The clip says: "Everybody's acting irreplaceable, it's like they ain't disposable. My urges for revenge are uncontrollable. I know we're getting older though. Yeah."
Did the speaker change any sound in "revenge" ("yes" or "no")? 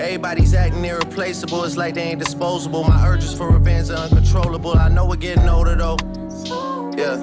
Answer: yes